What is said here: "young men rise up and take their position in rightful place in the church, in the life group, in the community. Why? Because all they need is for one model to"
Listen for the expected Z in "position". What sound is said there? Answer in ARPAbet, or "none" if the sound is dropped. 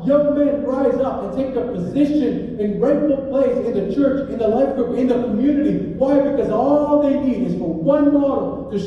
Z